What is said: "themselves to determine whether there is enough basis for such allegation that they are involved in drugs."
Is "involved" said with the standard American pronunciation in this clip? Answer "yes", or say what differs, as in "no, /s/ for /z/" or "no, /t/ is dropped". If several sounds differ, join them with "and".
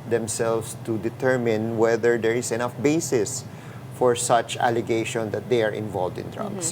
yes